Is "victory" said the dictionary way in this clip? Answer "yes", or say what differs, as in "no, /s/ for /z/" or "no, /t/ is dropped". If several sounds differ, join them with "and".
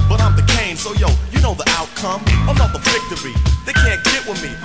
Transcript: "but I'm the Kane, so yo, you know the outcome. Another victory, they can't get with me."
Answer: no, /f/ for /v/